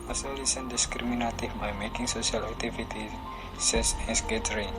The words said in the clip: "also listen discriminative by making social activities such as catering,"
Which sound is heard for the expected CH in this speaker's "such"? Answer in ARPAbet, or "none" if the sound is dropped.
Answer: S